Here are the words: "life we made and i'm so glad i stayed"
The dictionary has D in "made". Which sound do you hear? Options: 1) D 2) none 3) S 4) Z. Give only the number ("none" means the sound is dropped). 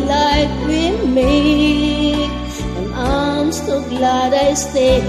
2